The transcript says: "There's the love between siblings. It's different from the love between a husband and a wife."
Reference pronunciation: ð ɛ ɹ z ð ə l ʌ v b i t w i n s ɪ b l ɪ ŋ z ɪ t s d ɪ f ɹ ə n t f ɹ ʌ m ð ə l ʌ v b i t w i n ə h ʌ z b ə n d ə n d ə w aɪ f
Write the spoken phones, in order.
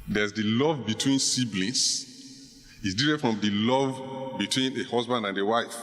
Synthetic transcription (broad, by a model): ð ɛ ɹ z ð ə l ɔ v b i t w i n s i b l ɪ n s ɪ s d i ɹ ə t f ɹ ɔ m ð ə l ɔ v b i t w i n ə h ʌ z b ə n d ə n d ə w aɪ f